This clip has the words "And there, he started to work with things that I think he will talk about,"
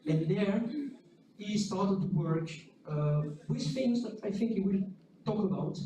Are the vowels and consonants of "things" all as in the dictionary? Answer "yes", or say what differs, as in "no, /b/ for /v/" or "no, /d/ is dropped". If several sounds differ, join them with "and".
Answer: no, /f/ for /θ/